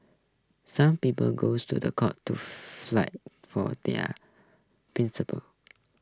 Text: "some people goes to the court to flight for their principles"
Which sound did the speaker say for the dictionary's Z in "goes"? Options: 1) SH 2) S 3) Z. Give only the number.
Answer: 2